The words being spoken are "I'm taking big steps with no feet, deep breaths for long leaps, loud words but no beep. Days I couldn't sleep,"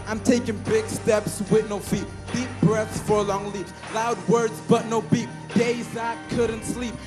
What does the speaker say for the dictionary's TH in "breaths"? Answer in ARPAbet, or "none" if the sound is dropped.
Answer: TH